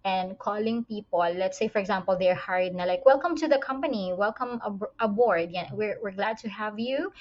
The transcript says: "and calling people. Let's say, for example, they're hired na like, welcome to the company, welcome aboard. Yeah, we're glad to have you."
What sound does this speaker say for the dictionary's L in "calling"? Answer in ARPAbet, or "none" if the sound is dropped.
L